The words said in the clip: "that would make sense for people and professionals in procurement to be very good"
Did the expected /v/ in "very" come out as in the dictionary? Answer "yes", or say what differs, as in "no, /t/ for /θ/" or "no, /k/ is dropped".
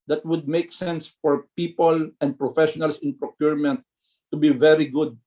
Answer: yes